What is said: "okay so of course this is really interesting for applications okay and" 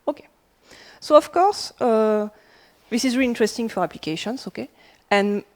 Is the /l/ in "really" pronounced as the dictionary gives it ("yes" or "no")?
no